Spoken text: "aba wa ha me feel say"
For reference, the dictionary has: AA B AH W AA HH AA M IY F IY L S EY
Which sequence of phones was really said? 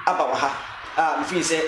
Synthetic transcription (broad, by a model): AA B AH W AA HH AA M F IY N S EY